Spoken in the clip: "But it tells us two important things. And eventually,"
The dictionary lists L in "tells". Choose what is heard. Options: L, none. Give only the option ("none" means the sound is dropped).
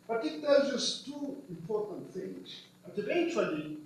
none